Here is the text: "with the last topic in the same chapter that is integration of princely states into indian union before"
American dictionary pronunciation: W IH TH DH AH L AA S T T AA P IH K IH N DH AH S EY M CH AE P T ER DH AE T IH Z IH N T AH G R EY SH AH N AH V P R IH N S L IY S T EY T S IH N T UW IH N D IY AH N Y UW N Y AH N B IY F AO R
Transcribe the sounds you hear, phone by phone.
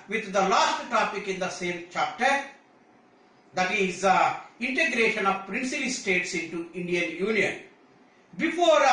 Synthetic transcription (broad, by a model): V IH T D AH L AA S T T AA P IH K IH N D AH S EY M CH AE P T ER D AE T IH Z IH N T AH G R EY SH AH N AH V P R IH N S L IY S T EY T S IH N T UW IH N D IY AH N Y UW N Y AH N B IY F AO R